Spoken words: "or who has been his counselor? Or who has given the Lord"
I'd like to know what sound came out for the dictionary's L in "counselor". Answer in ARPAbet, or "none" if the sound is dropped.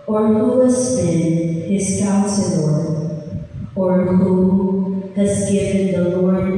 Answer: N